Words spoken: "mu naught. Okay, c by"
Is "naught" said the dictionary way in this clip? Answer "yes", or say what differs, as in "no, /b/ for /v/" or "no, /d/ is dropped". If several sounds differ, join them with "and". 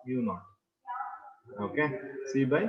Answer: no, /t/ is dropped